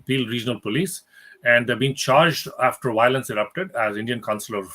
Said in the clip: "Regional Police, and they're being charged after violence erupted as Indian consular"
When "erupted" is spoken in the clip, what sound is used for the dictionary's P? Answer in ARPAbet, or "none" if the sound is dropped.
P